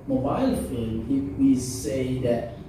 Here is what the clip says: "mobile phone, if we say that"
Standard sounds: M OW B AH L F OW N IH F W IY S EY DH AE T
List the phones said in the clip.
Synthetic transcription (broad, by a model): M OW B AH L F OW L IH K W IY S EY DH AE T